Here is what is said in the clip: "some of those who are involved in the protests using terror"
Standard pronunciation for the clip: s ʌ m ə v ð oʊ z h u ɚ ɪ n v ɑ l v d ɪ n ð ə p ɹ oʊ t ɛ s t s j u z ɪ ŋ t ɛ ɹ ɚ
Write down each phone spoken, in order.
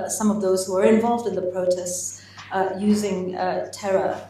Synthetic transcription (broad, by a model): s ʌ m ə v ð oʊ z h u ɚ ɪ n v ɑ l v d ɪ n ð ə p ɹ oʊ t ɛ s t s j u z ɪ ŋ t ɛ ɹ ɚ